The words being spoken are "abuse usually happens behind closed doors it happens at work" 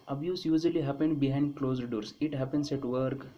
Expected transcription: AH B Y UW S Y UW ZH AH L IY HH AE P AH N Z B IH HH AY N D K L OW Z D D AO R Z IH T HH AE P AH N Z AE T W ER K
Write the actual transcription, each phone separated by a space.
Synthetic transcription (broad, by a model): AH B Y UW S Y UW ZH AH L IY HH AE P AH N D B IH HH AY N D K L OW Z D D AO R S IH T HH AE P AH N S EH T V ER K